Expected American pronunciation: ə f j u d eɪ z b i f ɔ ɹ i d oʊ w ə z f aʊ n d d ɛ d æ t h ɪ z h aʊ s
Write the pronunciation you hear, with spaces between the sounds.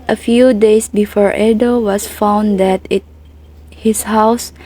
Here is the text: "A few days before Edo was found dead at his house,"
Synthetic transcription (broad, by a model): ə f j u d eɪ s b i f ɔ ɹ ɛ d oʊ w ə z f aʊ n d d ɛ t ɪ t h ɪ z h aʊ s